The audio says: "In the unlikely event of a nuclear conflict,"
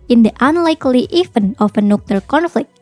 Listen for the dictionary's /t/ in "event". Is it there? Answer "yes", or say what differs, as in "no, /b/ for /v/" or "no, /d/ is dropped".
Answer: no, /t/ is dropped